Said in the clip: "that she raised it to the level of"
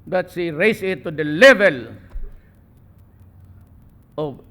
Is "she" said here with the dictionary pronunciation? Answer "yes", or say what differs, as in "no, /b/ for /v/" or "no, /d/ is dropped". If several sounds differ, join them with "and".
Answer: no, /s/ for /ʃ/